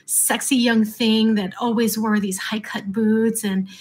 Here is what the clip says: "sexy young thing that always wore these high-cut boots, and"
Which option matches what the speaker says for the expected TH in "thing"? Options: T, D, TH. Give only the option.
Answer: TH